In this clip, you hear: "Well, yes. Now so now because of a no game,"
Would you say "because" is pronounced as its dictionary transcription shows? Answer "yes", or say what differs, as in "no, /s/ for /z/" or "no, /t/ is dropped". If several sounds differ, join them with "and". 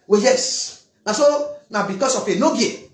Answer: no, /s/ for /z/